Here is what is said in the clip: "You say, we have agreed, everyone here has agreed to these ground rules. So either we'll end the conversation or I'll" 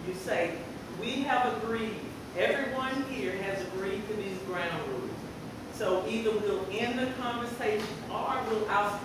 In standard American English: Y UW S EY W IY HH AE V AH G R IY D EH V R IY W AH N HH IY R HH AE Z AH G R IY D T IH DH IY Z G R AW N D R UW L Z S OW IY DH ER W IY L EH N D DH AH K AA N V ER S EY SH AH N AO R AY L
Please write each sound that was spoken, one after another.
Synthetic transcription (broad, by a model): Y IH S EY W IY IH V AH G R IY D EH V R IY W AH N HH IY R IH Z AH G R IY D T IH DH IY Z G R AW N D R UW Z S OW IY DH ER W IY L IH N DH AH K AA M V ER S EY SH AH N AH W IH L